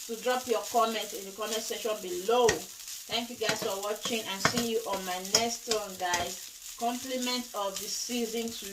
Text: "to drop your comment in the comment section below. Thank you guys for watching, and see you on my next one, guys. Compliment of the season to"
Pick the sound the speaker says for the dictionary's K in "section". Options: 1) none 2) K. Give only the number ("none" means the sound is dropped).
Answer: 1